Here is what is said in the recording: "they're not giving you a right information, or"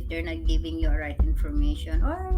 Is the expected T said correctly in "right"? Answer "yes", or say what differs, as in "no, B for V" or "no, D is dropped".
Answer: yes